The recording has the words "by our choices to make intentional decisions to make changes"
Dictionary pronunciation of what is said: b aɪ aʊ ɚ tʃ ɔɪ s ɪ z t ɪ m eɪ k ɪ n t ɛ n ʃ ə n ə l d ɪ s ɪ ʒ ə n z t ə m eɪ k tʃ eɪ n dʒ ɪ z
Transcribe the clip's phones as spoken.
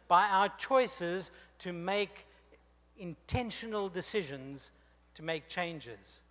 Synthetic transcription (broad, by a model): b aɪ aʊ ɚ tʃ ɔɪ s ɪ z t ɪ m eɪ k ɪ n t ɛ n ʃ ə n ə l d ɪ s ɪ ʒ ə n z t ə m eɪ k tʃ eɪ n dʒ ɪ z